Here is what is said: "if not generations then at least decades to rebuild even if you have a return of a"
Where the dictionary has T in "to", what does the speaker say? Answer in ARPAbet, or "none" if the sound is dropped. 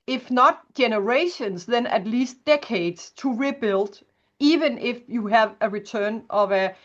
T